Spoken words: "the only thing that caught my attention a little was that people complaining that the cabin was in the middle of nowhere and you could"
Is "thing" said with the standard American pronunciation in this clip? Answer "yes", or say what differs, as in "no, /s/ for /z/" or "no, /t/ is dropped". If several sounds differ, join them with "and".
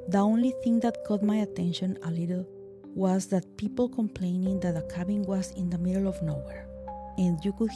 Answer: yes